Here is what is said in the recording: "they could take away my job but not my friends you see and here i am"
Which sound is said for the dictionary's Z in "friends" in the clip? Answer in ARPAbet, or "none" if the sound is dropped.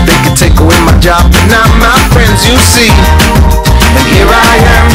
Z